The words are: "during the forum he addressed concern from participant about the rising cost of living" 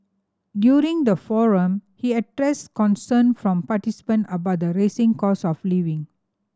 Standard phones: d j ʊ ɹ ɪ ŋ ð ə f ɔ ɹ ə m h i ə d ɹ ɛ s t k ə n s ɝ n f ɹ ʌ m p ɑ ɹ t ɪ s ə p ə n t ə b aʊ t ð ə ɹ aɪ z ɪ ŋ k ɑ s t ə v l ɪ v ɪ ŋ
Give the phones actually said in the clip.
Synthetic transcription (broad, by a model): d j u ɹ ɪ ŋ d ə f ɔ ɹ ə m h i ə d ɹ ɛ s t k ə n s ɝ n f ɹ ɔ m p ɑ t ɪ s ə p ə n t ə b aʊ t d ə ɹ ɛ s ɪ ŋ k ɑ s ə f l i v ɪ ŋ